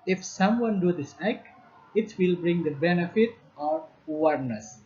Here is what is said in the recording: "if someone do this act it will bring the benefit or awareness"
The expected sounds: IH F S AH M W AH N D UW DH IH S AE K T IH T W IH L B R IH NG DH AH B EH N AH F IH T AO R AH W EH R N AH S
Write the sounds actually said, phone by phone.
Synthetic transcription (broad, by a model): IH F S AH M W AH N D UW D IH S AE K IH T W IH L B R IH NG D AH B EH N AH F IH T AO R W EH R N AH S